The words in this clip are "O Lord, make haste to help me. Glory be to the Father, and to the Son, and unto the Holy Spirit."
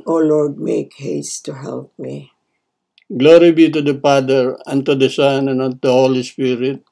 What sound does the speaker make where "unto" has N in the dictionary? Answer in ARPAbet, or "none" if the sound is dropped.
none